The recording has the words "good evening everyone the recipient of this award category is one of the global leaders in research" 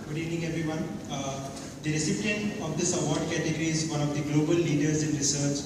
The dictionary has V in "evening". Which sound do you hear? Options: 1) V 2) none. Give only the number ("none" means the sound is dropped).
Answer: 2